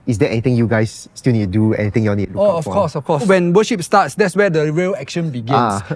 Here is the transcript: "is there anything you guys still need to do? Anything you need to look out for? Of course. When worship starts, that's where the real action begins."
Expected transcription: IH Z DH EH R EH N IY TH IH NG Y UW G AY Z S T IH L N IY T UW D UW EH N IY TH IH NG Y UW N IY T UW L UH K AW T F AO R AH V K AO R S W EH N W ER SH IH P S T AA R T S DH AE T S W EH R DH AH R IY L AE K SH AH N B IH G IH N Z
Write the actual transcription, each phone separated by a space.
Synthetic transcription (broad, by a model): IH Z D EH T EH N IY T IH NG Y UW G AY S T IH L N IY T UW D UW EH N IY T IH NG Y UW N IY T UW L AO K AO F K AO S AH F K AO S W EH N W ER SH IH P S T AA T S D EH T S W EH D AH R IY L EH K SH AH N B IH G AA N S